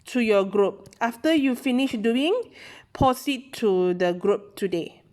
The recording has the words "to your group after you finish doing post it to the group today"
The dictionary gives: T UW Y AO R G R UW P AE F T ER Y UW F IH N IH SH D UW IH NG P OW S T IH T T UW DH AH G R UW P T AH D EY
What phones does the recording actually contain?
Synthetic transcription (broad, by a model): T UW Y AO G R UW P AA F T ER Y UW F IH N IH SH D UW IH NG P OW S IH T T UW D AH G R UW P T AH D EY